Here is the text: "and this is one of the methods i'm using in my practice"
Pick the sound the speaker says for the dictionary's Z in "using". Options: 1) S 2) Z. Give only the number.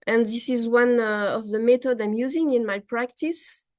2